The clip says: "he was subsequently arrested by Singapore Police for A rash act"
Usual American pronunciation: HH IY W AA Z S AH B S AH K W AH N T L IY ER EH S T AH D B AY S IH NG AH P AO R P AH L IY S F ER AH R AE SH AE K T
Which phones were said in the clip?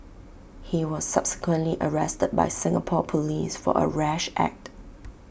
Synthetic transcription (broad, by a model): HH IY W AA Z S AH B S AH K W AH N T L IY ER EH S T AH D B AY S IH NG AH P AO P AH L IY S F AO AH R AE SH AE K T